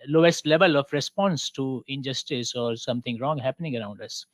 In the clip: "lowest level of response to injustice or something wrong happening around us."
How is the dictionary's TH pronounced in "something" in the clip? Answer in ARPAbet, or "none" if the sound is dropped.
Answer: T